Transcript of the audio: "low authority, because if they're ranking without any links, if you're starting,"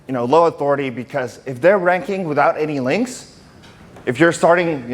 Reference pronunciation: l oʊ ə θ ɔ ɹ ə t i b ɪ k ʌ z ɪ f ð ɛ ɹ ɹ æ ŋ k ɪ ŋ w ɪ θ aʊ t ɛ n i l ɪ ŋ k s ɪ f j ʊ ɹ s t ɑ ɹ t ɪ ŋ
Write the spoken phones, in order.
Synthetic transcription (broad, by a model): l oʊ ə θ ɔ ɹ ə t i b ɪ k ʌ z ɪ f ð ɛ ɹ ɹ æ ŋ k ɪ ŋ w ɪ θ aʊ t ɛ n i l ɪ ŋ k s ɪ f j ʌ ɹ s t ɑ ɹ t ɪ ŋ